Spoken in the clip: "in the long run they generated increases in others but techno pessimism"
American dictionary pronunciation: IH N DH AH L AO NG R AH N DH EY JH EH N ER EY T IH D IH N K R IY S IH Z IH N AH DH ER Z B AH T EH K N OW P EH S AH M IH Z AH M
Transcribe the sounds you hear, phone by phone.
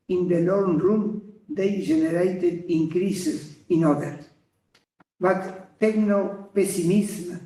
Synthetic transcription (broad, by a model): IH N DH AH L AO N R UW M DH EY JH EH N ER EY T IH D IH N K R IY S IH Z IH N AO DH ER B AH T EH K N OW P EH S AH M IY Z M